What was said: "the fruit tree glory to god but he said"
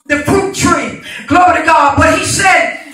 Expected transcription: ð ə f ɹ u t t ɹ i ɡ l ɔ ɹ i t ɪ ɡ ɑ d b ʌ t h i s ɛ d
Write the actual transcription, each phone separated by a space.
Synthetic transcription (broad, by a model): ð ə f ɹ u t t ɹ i ɡ l ɔ ɹ i t ɪ ɡ ɑ d b ʌ t h i s ɛ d